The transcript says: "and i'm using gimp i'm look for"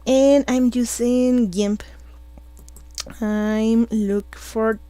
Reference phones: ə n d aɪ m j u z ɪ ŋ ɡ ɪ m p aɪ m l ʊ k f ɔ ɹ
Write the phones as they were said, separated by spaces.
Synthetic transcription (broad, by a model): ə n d aɪ m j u s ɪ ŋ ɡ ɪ m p aɪ m l ʊ k f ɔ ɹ